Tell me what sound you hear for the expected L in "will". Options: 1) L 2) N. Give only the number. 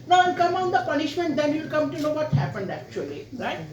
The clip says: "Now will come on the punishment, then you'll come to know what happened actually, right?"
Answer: 2